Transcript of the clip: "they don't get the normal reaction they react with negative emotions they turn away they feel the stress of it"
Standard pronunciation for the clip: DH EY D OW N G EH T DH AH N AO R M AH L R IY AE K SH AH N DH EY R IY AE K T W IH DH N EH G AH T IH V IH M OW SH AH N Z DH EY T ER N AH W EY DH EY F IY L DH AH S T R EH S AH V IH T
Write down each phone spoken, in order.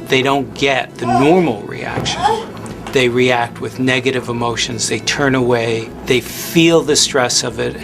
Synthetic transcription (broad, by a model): DH EY D OW N G EH T DH AH N AO R M L R IY AE K SH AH N DH EY R IY AE K T W IH DH N EH G AH T IH V IH M OW SH AH N Z DH EY T ER N AH W EY DH EY F IY L DH AH S T R EH S AH V IH T